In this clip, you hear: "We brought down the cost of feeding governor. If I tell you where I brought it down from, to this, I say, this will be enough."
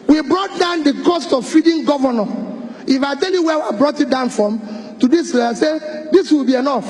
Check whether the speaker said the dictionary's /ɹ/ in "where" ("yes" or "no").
no